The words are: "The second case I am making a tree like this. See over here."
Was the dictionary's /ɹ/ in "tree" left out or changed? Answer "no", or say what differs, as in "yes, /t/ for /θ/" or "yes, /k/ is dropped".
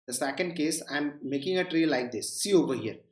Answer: no